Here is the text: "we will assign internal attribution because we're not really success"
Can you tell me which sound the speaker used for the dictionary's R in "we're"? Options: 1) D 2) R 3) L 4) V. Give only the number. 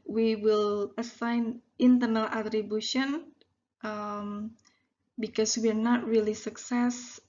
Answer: 2